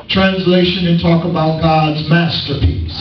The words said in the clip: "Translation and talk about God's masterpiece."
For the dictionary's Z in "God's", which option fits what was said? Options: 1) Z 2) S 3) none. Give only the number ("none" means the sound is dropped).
1